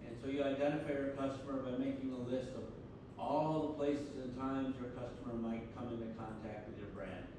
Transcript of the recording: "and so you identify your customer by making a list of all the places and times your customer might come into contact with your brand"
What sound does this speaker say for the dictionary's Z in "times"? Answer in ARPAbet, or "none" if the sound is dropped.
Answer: Z